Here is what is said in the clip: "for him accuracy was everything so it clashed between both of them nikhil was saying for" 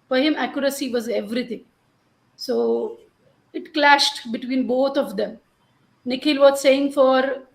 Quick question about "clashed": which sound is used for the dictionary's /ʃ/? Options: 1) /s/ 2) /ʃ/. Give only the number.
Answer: 2